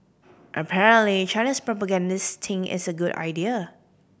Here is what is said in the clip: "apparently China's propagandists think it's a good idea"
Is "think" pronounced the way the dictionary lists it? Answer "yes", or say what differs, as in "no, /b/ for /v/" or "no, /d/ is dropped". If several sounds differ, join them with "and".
no, /k/ is dropped